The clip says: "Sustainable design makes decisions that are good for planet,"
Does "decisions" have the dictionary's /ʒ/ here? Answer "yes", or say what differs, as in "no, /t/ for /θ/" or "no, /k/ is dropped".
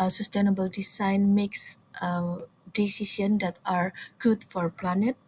no, /s/ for /ʒ/